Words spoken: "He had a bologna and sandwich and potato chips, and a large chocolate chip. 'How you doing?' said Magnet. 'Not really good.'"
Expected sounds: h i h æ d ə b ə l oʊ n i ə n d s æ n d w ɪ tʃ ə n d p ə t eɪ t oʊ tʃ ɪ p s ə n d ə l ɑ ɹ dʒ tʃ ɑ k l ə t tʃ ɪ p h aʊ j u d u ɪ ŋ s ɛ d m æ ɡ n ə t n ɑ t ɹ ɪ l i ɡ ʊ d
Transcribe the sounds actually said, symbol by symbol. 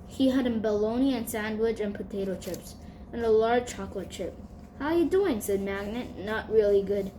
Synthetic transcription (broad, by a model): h i h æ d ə b ə l oʊ n i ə n s æ n d w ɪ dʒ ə n p ə t eɪ t oʊ tʃ ɪ p s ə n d ə l ɑ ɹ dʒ tʃ ɑ k l ə t tʃ ɪ p h aʊ j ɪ d u ɪ ŋ s ɛ d m æ ɡ n ə t n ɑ t ɹ ɪ l i ɡ ʊ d